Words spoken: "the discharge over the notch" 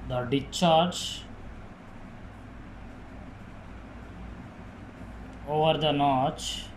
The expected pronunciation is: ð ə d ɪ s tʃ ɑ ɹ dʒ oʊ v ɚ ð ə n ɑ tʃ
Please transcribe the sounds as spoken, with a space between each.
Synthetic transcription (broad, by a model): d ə d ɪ tʃ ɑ ɹ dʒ oʊ v ɚ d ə n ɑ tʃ